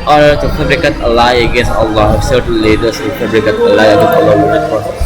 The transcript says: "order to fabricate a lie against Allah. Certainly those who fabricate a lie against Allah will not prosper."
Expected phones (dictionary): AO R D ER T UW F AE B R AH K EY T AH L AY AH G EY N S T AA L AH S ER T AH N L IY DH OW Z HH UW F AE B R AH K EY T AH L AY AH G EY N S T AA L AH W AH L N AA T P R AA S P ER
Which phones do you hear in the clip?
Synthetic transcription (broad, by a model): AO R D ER T UW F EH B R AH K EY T AH L AY AH G EY N S T AA L AH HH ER S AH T L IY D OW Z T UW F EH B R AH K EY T AH L AY AH G EY N S T AA L AH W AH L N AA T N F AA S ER